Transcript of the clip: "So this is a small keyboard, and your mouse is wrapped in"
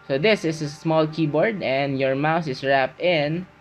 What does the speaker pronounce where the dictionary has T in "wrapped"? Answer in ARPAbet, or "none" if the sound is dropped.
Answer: T